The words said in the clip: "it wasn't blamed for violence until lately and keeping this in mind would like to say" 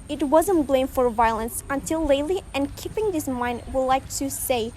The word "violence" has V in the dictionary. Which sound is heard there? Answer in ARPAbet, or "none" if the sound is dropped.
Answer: V